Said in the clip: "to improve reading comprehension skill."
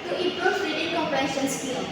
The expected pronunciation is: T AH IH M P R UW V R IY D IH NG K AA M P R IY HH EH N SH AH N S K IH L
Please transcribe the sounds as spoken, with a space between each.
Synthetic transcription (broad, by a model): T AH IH P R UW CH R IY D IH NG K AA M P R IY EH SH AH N S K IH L